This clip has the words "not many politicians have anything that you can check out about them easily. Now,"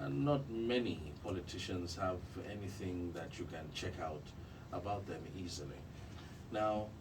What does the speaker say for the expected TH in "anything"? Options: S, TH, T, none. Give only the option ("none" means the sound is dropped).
TH